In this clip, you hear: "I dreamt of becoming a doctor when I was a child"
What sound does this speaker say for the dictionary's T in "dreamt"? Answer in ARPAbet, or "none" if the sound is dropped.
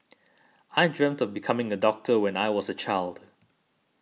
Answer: T